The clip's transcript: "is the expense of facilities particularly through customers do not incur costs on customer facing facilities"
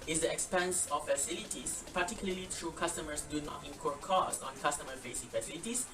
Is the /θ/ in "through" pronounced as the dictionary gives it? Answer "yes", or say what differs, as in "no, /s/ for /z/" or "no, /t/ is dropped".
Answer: no, /t/ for /θ/